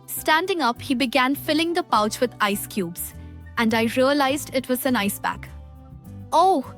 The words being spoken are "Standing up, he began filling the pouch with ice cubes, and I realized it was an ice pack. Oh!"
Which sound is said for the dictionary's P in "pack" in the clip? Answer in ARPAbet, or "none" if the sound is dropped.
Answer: B